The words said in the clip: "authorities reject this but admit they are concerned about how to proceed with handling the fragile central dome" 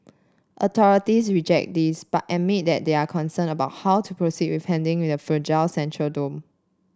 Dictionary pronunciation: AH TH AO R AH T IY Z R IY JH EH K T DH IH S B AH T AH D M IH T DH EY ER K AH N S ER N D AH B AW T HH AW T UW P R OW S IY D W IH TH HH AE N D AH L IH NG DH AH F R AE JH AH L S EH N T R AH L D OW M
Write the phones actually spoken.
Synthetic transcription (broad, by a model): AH T AO R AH T IY S R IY JH EH K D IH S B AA T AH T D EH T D EY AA K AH N S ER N AH B AW T HH AW T UW P R OW S IY D W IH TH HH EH N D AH W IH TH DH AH F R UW JH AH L S EH N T R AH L D OW M